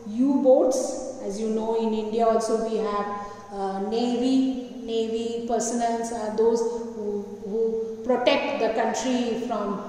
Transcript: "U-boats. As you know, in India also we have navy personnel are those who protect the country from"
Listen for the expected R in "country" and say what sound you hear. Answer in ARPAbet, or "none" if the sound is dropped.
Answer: R